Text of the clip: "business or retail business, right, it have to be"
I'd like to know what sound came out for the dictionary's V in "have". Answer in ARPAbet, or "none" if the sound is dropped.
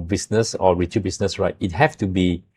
F